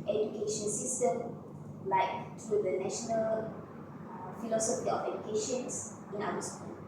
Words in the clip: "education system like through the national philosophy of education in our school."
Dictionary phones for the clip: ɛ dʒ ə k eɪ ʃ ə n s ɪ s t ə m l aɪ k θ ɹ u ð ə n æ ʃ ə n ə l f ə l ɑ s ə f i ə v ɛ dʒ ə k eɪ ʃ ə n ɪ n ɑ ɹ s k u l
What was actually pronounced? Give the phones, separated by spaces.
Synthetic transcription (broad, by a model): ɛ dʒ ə k eɪ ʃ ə n s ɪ s t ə m l aɪ k t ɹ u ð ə n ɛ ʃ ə n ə l f ə l ɑ s ə f i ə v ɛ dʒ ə k eɪ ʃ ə n ɪ n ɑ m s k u